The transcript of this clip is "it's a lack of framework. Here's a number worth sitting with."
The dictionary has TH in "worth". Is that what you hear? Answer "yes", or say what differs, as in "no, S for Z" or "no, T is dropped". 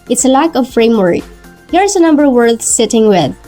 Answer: no, S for TH